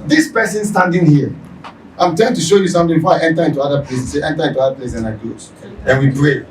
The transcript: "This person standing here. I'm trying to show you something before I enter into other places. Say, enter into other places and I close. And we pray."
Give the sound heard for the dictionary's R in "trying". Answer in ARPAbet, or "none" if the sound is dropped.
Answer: none